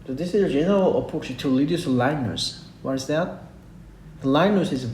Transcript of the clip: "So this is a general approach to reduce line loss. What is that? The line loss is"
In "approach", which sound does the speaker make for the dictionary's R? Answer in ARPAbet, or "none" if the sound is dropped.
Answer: none